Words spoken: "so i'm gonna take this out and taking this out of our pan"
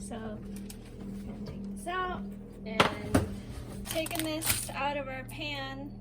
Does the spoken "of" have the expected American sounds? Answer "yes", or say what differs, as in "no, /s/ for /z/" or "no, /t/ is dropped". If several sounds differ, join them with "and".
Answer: yes